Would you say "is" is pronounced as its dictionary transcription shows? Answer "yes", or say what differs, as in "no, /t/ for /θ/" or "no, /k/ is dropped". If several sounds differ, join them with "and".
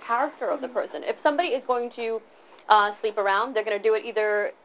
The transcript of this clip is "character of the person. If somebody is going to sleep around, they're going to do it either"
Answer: yes